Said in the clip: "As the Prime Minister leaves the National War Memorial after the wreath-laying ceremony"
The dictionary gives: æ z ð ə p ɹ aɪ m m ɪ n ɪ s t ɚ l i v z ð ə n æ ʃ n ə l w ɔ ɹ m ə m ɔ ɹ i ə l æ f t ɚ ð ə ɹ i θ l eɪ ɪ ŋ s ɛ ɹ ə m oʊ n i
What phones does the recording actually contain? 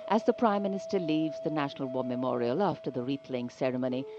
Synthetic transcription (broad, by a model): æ z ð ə p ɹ aɪ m m ɪ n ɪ s t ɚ l i v z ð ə n æ ʃ n ə l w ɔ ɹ m ə m ɔ ɹ i ə l æ f t ɚ ð ə ɹ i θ l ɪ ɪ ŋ s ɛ ɹ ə m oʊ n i